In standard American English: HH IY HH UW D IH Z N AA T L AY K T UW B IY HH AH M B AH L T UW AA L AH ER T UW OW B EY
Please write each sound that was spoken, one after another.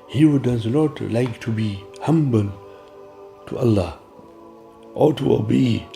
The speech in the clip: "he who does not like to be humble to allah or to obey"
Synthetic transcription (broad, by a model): HH IY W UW D IH Z N AA T L AY K T UW B IY HH AH M B AH L T UW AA L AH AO T UW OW B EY